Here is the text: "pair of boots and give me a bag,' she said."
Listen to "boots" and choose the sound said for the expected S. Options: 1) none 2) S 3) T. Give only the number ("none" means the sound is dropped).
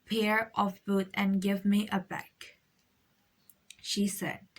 1